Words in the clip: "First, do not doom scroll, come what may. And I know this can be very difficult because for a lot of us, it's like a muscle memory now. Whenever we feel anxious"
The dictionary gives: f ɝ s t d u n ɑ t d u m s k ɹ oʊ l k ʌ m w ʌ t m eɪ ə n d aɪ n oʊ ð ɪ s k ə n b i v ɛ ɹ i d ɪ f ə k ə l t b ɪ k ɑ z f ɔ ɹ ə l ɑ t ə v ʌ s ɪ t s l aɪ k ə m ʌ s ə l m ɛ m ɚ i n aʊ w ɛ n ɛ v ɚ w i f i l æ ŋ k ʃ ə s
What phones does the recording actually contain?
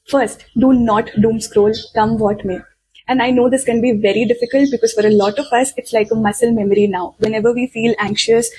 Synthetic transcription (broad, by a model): f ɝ s t d u n ɑ t d u m s k ɹ oʊ l k ʌ m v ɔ t m eɪ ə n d aɪ n oʊ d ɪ s k ə n b i v ɛ ɹ i d ɪ f ə k ə l t b ɪ k ɑ z f ɔ ɹ ə l ɑ t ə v ʌ s ɪ t s l aɪ k ə m ʌ s ə l m ɛ m ɚ i n aʊ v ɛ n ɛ v ɚ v i f i l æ ŋ k ʃ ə s